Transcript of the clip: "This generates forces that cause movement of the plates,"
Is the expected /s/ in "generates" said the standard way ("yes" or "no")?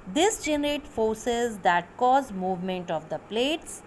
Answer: no